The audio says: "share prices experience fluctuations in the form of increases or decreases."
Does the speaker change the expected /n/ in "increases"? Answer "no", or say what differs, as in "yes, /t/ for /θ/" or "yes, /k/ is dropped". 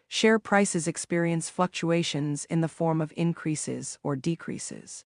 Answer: no